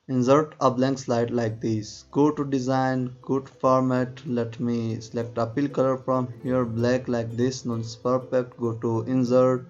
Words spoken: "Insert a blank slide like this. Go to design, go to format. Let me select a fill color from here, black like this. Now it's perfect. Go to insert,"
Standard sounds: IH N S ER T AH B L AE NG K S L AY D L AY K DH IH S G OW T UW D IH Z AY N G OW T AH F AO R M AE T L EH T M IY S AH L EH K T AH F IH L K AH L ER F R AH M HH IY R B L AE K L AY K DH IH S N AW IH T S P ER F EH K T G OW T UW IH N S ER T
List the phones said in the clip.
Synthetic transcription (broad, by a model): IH N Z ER T AH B L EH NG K S L AY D L AY K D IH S G OW T UW D IH Z AY N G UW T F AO R M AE T L EH T M IY S AH L EH K T AH P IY L K AH L ER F R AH M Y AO R B L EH K L AY K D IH S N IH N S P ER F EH K T G OW T UW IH N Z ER T